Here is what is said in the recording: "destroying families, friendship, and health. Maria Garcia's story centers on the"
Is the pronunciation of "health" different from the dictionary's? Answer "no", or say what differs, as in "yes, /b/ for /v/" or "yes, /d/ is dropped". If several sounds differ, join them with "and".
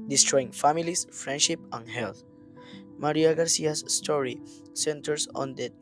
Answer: yes, /t/ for /θ/